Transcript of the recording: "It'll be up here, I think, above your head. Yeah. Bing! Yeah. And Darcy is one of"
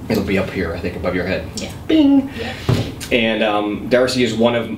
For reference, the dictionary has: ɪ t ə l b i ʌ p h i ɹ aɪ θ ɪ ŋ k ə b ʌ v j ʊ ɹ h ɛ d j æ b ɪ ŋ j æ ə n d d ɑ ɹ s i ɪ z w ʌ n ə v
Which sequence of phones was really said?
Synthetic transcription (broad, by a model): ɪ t l b i ʌ p h i ɹ aɪ θ ɪ ŋ k ə b ʌ v j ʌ ɹ h ɛ d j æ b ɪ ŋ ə n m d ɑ ɹ s i ɪ z w ʌ n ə v